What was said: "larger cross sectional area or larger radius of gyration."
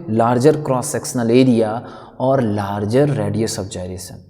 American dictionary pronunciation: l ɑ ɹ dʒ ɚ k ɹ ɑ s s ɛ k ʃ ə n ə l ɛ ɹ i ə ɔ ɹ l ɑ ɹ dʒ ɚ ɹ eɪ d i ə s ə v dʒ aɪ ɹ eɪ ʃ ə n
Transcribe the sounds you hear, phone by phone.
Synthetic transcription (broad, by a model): l ɑ ɹ dʒ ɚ k ɹ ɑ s s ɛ k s n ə l ɛ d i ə ɔ ɹ l ɑ ɹ dʒ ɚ ɹ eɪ d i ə s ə b dʒ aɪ ɹ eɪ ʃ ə n